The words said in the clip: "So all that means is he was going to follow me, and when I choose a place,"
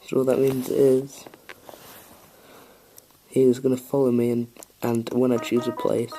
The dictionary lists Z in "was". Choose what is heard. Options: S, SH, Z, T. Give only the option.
Z